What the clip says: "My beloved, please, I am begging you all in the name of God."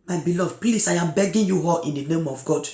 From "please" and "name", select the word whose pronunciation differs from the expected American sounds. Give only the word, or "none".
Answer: please